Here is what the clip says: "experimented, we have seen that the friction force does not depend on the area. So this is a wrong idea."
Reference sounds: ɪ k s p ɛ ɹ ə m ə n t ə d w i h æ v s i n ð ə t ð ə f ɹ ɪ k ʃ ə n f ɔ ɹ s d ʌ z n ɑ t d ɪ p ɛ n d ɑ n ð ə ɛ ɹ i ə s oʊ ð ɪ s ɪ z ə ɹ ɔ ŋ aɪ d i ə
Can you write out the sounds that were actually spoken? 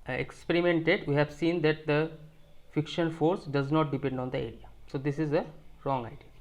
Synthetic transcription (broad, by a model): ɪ k s p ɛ ɹ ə m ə n t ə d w i h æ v s i n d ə t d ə f ɪ k ʃ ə n f ɔ ɹ s d ʌ z n ɑ t d ɪ p ɛ n d ɑ n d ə ɛ ɹ i ə s oʊ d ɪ s ɪ z ə ɹ ɔ ŋ aɪ d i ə